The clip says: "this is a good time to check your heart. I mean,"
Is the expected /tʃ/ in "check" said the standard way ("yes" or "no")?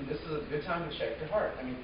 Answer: no